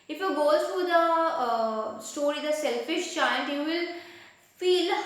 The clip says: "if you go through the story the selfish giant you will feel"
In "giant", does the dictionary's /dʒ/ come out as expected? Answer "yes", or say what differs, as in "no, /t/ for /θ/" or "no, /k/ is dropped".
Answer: no, /tʃ/ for /dʒ/